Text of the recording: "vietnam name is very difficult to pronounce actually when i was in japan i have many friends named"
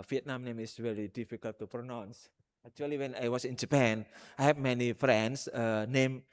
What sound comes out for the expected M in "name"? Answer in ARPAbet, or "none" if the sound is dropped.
M